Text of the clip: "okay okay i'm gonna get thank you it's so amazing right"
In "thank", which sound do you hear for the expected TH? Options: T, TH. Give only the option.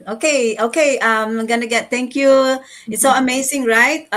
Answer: T